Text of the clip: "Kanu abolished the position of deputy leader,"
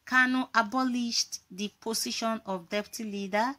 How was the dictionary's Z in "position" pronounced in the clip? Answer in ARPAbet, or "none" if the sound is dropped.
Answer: S